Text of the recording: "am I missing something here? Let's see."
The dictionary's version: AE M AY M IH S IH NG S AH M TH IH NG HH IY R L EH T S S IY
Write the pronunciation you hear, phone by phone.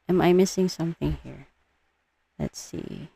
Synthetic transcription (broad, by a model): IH M AY M IH S IH NG S AH M TH IH NG HH IY R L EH T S S IY